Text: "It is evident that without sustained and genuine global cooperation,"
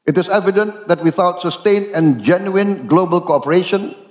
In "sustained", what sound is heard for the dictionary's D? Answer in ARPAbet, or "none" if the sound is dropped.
none